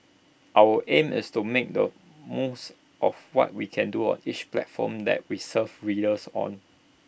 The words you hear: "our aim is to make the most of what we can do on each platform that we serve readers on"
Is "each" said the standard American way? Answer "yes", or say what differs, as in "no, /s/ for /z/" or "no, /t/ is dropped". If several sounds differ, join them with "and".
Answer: yes